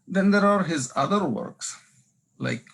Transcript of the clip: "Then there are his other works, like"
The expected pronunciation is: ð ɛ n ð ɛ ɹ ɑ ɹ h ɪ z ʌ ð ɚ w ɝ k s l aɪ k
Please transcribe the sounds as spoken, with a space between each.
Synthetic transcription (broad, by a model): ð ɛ n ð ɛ ɹ ɑ ɹ h ɪ z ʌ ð ɚ w ɝ k s l aɪ k